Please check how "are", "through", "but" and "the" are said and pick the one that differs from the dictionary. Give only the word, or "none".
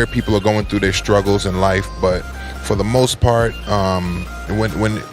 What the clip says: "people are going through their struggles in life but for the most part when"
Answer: none